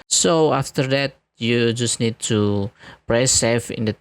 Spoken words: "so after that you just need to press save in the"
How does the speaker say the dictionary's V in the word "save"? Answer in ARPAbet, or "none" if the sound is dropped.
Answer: F